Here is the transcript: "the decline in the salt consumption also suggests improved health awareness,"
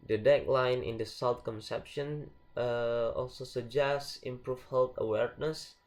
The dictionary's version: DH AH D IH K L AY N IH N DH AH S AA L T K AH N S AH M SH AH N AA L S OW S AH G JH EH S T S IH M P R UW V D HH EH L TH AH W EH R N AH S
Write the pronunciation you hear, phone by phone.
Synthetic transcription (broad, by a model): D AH D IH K L AY N IH N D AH S AA L T K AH N S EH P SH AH N AA L S OW S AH JH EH S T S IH M P R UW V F HH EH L T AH W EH R N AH S